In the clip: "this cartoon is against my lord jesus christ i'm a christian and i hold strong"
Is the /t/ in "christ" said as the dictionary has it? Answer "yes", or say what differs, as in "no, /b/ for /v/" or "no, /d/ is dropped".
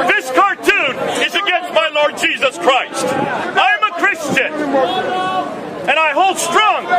yes